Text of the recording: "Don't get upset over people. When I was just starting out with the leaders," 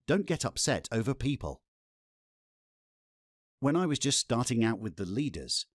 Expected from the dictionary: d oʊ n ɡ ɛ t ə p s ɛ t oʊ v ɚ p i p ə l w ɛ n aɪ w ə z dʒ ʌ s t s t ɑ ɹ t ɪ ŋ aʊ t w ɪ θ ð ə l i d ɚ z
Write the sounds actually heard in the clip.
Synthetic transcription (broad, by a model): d oʊ n ɡ ɛ t ə p s ɛ t oʊ v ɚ p i p ə l w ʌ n aɪ w ə z dʒ ʌ s t s t ɑ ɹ t ɪ ŋ aʊ t w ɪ ð ə l i d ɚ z